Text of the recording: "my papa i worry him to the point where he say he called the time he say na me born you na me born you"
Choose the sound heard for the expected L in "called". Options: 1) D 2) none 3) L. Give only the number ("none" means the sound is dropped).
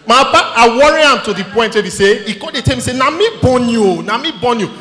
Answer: 2